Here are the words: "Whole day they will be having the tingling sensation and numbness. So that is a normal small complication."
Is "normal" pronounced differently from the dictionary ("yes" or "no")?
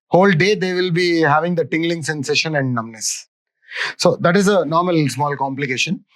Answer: no